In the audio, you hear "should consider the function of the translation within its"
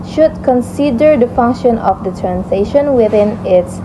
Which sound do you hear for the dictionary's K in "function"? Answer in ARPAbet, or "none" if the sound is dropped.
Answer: K